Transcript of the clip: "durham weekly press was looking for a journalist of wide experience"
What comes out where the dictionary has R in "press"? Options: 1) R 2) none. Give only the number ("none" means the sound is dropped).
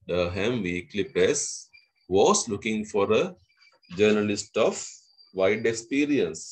2